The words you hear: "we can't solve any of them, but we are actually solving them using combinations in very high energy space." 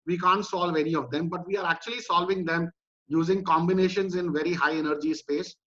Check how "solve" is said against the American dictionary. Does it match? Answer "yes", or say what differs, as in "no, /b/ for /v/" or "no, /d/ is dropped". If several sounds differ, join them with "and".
yes